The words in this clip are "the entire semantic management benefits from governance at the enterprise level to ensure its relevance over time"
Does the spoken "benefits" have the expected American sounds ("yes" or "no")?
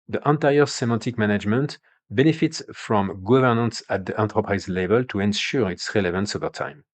yes